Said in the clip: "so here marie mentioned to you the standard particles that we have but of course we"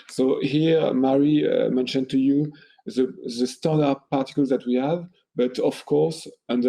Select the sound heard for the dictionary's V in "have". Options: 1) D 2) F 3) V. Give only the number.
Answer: 3